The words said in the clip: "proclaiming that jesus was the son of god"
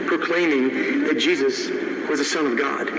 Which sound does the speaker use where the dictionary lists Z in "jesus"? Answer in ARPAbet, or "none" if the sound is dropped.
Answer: Z